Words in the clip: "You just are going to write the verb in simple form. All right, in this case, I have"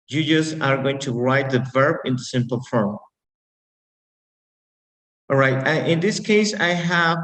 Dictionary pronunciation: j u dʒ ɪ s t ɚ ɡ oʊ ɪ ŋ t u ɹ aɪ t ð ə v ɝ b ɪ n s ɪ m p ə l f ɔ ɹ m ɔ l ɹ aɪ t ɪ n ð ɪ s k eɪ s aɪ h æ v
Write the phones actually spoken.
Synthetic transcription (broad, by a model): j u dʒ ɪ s ɚ ɡ oʊ ɪ ŋ t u ɹ aɪ t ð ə v ɝ b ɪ n s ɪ m p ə l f ɹ ɔ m ɹ aɪ t ɪ n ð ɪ s k eɪ s aɪ h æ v